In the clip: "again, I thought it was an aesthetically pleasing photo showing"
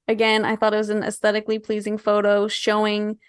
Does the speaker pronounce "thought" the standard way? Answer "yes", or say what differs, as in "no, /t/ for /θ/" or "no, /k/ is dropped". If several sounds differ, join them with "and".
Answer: yes